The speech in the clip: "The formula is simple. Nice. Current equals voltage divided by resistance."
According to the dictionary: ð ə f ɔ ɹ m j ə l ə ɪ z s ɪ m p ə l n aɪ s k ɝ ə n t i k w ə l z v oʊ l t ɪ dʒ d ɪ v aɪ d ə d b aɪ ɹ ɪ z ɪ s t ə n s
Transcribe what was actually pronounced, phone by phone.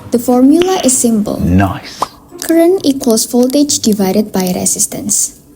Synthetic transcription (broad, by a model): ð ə f ɔ ɹ m j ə l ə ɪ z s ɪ m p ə l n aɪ k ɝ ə n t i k w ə l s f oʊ l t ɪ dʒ d ɪ v aɪ d ə d b aɪ ɹ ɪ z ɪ s t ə n s